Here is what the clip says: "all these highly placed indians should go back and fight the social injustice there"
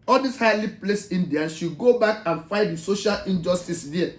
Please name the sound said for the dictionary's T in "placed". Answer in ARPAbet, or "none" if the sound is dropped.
none